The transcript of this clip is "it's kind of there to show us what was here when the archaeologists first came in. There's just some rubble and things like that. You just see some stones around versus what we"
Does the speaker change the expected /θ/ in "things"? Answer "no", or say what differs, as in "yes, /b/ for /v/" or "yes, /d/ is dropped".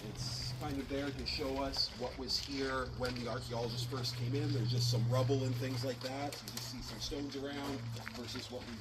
no